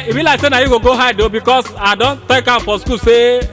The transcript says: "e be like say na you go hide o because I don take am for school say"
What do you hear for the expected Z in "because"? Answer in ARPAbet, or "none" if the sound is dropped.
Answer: S